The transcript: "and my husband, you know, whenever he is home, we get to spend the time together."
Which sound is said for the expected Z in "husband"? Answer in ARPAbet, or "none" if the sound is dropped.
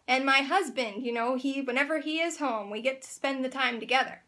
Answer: Z